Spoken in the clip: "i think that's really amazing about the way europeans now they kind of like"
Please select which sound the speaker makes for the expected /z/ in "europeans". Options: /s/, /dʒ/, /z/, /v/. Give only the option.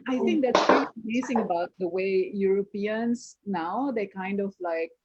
/s/